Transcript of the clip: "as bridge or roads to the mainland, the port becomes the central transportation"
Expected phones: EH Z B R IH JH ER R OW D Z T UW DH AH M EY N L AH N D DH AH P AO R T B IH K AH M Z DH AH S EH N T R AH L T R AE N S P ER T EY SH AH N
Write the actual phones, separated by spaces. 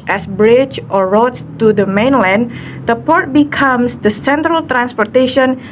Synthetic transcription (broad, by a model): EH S B R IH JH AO R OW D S T UW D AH M EY N L AH N D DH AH P AO R T B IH K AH M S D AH S EH N T R AH L T R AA N S P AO T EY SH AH N